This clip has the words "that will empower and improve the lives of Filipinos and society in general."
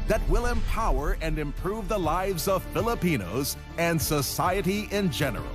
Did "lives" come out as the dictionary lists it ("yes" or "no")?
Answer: yes